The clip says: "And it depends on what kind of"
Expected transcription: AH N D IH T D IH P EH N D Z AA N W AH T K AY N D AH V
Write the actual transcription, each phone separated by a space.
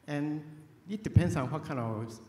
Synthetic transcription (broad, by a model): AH N IH T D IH P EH N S AA N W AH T K AY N AH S